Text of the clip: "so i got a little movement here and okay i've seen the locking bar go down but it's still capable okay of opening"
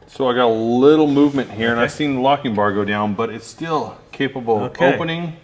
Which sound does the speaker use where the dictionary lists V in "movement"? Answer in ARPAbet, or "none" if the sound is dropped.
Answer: V